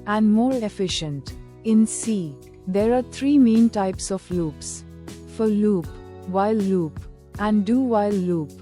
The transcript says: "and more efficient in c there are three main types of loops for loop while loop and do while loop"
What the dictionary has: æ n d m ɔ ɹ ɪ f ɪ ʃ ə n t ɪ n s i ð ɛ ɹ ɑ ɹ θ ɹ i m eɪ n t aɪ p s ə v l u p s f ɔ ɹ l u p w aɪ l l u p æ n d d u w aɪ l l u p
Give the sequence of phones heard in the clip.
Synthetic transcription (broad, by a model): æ n d m ɔ ɹ ɪ f ɪ ʃ ə n t ɪ n s i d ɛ ɹ ɑ ɹ t ɹ i m eɪ n t aɪ p s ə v l u p s f ɔ ɹ l u p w aɪ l l u p æ n d d u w aɪ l l u p